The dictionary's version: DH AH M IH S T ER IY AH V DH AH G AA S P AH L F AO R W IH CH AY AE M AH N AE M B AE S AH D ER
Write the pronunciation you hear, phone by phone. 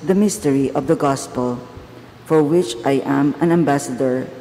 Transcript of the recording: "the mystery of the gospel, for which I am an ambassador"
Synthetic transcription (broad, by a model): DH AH M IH S T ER IY AH V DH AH G AA S P AH L F AO R W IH CH AY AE M AH N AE M B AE S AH D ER